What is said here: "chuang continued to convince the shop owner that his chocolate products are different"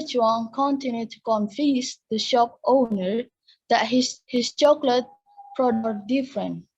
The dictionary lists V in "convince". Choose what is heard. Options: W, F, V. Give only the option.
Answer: F